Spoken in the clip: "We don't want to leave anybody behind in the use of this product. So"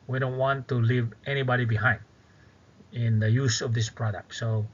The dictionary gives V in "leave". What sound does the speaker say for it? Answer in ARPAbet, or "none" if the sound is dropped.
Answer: V